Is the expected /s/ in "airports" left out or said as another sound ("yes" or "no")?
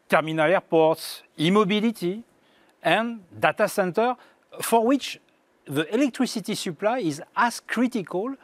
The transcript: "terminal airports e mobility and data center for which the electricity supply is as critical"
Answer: no